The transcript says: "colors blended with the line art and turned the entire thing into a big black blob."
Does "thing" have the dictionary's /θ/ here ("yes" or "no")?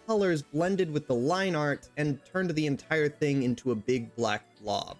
yes